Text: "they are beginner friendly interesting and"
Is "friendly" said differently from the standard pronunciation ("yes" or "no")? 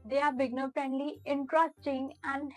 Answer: yes